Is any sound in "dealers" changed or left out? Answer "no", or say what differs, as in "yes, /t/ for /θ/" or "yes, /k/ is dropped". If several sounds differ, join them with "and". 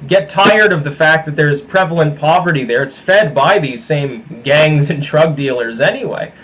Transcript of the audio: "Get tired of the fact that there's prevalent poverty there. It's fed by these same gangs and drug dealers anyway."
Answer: no